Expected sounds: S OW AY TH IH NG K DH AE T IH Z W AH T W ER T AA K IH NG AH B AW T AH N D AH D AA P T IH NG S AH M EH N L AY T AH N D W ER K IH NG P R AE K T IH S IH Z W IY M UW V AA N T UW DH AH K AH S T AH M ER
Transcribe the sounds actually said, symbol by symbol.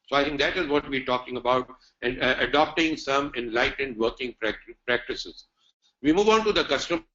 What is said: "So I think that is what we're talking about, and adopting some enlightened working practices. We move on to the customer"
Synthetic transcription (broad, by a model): S OW AY T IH NG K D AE T IH Z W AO T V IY T AA K IH NG AH B AW T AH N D AH D AA P T IH NG S AH M EH N L AY T AH N D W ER K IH NG P R AE K T IH S IH Z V IY M UW V AA N T UW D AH K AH S T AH M